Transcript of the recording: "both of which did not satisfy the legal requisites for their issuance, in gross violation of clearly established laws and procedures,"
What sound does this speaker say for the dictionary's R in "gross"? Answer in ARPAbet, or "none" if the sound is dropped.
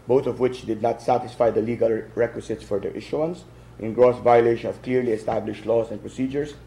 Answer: R